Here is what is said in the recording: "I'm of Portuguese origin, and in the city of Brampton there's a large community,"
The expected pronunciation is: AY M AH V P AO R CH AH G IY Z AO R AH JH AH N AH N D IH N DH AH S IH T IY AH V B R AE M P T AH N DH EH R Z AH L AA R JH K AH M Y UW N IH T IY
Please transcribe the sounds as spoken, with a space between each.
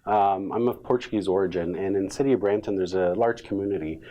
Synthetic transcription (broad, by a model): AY M AH V P AO R CH AH G IY Z AO R AH JH AH N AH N IH N S IH T IY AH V B R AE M T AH N DH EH R Z AH L AA R JH K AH M Y UW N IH T IY